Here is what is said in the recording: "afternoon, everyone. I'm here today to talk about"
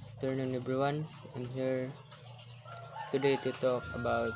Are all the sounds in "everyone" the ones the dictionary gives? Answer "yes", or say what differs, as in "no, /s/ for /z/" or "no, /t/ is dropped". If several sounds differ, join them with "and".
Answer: no, /b/ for /v/